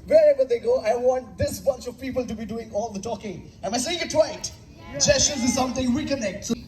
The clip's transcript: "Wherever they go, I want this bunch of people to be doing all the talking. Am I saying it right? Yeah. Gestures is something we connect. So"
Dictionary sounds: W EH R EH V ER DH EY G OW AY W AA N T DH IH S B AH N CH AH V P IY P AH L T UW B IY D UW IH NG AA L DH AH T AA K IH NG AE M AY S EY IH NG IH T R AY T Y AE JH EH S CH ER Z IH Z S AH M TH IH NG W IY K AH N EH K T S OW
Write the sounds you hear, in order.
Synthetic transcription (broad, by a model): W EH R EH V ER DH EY G OW AY W AA N T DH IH S B AH N CH AH V P IY P AH L T UW B IY D UW IH NG AA L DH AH T AA K IH NG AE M AY S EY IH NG IH T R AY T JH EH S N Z IH Z S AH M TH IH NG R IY K AH N EH K T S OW